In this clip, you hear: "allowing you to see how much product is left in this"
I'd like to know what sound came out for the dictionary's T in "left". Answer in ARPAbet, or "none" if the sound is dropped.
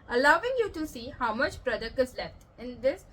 T